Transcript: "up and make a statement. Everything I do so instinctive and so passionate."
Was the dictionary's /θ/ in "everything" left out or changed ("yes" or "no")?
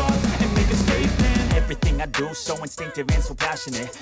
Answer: no